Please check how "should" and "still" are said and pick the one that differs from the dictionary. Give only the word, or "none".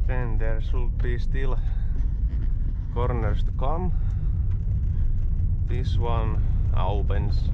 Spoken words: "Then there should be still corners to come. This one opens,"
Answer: should